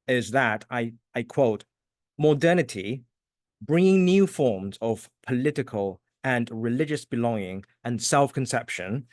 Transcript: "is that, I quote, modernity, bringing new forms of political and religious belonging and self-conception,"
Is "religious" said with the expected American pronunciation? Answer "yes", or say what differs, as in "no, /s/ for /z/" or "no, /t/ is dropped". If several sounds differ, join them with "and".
yes